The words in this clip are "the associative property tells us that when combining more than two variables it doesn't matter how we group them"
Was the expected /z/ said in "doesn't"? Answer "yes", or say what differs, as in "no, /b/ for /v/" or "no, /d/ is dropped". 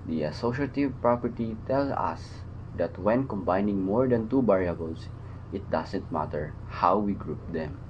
no, /s/ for /z/